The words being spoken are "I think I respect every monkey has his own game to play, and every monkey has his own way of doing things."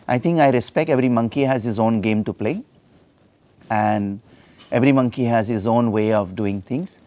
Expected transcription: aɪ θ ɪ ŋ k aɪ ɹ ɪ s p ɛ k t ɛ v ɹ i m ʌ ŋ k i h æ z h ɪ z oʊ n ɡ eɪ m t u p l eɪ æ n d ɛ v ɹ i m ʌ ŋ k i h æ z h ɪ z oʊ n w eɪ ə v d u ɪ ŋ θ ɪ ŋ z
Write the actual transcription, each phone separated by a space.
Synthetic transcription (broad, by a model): aɪ t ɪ ŋ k aɪ ɹ ɪ s p ɛ k t ɛ v ɹ i m ʌ ŋ k i h æ z h ɪ z oʊ n ɡ eɪ m t u p l eɪ æ n d ɛ v ɹ i m ʌ ŋ k i h æ z h ɪ z oʊ n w eɪ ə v d u ɪ ŋ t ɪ ŋ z